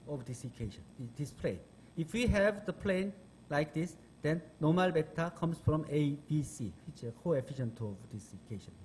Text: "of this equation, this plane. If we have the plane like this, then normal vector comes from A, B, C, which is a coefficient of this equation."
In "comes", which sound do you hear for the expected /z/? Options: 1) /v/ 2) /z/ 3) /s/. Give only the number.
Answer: 3